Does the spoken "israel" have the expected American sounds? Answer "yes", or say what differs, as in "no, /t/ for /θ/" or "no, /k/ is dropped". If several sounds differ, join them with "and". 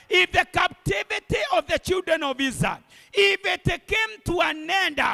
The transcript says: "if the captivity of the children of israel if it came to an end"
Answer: no, /ɹ/ is dropped